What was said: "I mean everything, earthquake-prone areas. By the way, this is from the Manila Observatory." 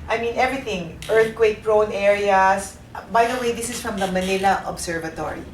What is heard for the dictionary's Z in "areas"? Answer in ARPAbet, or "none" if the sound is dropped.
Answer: S